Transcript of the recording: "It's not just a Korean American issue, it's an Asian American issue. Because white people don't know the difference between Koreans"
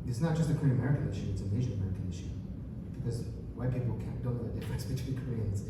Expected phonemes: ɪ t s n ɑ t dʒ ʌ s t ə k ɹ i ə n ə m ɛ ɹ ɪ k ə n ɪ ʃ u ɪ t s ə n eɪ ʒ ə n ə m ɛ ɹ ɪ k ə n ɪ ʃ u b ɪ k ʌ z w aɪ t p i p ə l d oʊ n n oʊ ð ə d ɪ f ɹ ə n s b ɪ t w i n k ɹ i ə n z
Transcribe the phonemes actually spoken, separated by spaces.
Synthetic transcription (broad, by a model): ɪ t s n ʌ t dʒ ʌ s t ə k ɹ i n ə m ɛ ɹ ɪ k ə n ɪ ʃ u ɪ t s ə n eɪ ʒ ə n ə m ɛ ɹ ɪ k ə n ɪ ʃ u b ɪ k ʌ z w aɪ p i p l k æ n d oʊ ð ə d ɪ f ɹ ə s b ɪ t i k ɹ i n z